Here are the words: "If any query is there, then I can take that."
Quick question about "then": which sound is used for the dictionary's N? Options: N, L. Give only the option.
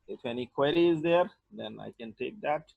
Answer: N